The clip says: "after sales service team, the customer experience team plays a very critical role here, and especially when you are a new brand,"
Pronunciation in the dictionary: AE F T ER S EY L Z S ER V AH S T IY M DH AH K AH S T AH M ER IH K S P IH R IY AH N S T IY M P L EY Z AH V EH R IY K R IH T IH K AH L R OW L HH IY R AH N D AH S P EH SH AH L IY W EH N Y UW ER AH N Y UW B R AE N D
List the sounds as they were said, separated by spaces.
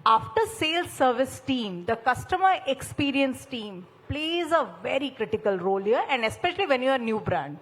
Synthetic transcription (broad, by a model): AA F T ER S EY L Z S ER V AH S T IY M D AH K AH S T AH M ER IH K S P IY R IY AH N S T IY M P L EY Z AH V EH R IY K R IH T IH K AH L R OW L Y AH R AH N D AH S P EH SH AH L IY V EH N Y UW ER N Y UW B R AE N D